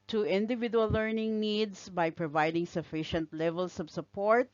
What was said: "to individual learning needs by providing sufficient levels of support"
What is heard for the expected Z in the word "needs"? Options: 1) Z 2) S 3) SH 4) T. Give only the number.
2